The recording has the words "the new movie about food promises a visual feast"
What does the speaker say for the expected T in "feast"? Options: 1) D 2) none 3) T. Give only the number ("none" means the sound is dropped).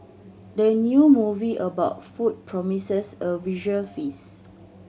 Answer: 2